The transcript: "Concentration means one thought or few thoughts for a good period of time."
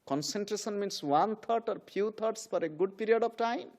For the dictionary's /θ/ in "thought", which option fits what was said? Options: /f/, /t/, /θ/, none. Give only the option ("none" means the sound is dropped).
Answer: /t/